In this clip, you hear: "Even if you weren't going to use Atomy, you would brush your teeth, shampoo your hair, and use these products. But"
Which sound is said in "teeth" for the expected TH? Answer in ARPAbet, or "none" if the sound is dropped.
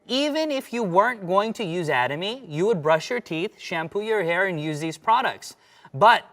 TH